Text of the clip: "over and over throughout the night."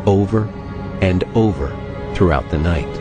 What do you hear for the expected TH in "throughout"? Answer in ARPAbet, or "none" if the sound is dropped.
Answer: TH